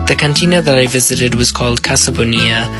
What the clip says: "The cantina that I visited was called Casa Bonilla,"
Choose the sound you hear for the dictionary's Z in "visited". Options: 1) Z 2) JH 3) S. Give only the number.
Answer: 1